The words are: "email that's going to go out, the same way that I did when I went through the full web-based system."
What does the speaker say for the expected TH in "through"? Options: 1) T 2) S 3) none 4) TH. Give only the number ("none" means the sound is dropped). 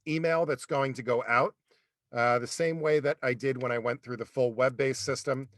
4